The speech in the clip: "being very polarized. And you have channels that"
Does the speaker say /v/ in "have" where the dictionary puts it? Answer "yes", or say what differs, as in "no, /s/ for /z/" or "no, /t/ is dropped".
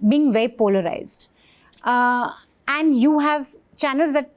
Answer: yes